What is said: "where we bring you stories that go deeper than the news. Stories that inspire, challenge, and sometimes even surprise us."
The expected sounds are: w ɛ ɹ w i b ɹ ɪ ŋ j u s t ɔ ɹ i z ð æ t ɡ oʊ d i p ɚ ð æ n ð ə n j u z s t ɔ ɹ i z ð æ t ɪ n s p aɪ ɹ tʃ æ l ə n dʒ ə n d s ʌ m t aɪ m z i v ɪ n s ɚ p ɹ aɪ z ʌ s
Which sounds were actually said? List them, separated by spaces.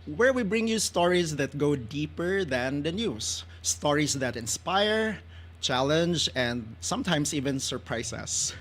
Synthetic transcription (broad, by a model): w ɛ ɹ w i b ɹ ɪ ŋ j u s t ɔ ɹ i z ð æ t ɡ oʊ d i p ɚ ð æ n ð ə n j u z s t ɔ ɹ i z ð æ t ɪ n s p aɪ ɹ tʃ æ l ə n dʒ ə n d s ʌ m t aɪ m s i v ɪ n s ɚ p ɹ aɪ s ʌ s